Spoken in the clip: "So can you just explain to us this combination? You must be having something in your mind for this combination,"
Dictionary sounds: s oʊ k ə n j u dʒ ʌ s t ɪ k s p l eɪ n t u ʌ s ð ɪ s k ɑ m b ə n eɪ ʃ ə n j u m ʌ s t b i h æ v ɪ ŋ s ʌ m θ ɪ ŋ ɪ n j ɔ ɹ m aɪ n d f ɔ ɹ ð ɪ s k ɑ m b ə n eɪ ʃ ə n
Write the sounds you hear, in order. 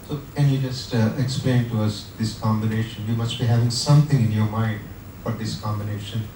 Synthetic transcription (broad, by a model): s oʊ k ə n j u dʒ ʌ s t ɪ k s p l eɪ n t u ʌ s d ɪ s k ɑ m b ə n eɪ ʃ ə n j u m ʌ s t b i h æ v ɪ ŋ s ʌ m t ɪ ŋ ɪ n j ɔ ɹ m aɪ n d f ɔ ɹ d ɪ s k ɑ m b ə n eɪ ʃ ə n